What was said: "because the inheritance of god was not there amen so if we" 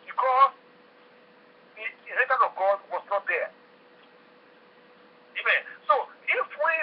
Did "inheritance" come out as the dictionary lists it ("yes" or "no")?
no